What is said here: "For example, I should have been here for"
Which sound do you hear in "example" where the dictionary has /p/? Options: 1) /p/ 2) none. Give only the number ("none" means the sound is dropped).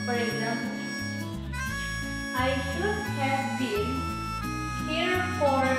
2